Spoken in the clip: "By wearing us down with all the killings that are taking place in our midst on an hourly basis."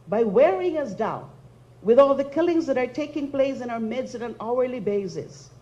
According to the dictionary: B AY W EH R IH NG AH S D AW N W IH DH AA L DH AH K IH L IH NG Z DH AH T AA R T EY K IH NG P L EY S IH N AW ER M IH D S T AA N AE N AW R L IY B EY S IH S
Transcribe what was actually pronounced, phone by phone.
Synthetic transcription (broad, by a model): B AY W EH R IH NG AH S D AW N W IH DH AA L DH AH K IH L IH NG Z DH AH T AA R T EY K IH NG P L EY S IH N AW ER M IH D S AA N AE N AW R L IY B EY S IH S